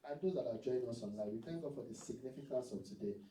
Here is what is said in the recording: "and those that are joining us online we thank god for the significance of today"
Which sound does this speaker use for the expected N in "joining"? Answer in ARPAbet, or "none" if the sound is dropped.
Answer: none